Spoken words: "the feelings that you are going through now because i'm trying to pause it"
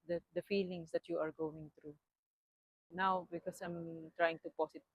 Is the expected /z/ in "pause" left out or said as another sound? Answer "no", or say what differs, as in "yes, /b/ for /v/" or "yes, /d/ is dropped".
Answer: yes, /s/ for /z/